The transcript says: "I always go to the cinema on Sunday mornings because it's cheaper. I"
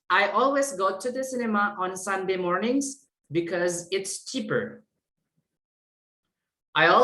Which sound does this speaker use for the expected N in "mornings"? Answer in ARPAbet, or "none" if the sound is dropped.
N